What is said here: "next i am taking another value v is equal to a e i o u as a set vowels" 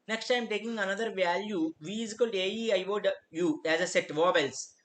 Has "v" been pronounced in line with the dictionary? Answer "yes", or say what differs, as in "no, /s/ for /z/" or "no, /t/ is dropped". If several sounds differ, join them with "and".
yes